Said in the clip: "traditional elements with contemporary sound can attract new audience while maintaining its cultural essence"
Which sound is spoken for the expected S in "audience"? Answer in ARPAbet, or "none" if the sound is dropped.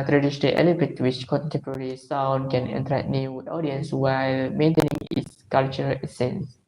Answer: S